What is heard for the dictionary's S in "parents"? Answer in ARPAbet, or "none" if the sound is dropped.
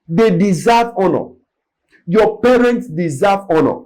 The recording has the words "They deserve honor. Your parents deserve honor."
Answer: S